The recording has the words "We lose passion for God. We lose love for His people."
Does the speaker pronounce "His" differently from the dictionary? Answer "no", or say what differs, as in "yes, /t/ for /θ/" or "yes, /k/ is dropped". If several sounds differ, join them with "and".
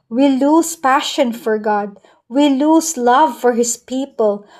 yes, /s/ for /z/